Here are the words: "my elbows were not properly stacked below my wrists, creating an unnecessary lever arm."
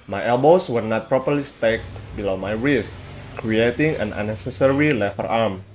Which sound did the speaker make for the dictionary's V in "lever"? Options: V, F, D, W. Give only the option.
F